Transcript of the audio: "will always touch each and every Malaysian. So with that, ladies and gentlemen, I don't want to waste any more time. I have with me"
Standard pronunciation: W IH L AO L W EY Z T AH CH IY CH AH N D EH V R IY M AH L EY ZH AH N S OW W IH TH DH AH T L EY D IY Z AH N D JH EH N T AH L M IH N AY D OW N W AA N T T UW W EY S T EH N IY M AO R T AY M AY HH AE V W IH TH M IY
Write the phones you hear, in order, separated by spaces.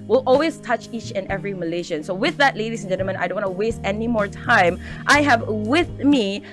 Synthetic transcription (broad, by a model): W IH L AO L W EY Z T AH CH IY CH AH N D EH V R IY M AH L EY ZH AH N S OW W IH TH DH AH T L EY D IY S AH N JH EH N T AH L M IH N AY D OW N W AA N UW W EY S T EH N IY M AO R T AY M AY HH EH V W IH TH M IY